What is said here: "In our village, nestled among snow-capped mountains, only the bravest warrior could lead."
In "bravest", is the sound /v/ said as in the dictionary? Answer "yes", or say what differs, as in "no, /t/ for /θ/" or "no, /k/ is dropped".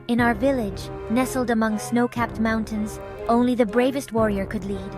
yes